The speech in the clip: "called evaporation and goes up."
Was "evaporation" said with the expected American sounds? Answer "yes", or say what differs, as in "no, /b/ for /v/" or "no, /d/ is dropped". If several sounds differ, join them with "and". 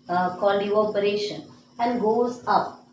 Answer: no, /v/ is dropped